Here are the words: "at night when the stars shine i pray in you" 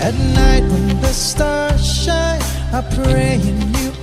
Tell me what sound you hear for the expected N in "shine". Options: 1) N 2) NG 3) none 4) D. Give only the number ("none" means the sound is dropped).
3